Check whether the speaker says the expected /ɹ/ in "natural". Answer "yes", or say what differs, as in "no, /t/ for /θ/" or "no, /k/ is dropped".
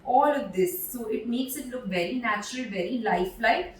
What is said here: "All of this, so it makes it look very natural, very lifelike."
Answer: yes